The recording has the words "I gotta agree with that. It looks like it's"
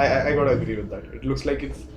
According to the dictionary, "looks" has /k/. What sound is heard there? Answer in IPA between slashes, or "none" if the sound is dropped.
/k/